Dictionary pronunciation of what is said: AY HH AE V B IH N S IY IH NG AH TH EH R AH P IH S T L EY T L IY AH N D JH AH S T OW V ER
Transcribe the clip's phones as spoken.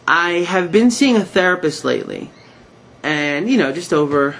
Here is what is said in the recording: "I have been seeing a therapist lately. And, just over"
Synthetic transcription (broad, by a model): AY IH V B IH N S IY IH NG AH TH EH R AH P IH S T L EY T L IY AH N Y JH AH S T OW V ER